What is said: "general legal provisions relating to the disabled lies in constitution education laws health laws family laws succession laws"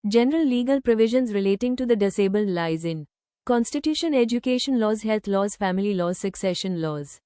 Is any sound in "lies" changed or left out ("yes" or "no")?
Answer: no